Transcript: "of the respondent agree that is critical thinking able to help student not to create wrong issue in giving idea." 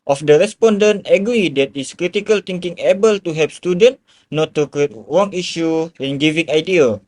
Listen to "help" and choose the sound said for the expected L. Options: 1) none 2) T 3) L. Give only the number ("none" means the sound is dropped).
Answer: 1